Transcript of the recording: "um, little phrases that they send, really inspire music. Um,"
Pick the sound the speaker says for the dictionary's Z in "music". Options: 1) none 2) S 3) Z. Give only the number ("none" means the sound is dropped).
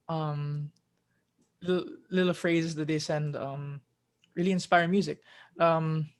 3